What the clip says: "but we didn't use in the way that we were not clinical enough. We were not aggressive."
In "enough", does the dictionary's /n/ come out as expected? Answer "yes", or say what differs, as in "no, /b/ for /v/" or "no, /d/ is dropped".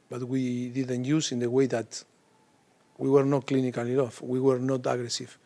no, /n/ is dropped